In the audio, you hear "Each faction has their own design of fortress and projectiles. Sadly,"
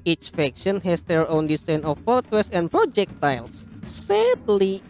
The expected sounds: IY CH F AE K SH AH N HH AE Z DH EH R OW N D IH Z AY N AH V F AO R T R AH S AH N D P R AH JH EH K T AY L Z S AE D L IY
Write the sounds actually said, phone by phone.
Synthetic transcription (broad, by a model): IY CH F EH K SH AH N HH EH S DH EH R OW N D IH S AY N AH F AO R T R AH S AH N P R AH JH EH K T AY L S S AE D L IY